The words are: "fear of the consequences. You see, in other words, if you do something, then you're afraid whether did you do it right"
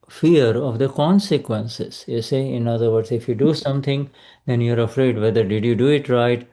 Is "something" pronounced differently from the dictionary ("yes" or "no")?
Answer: yes